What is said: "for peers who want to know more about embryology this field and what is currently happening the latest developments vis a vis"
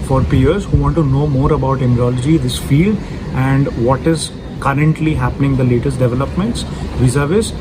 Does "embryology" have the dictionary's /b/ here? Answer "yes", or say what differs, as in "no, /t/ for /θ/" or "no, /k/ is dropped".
no, /b/ is dropped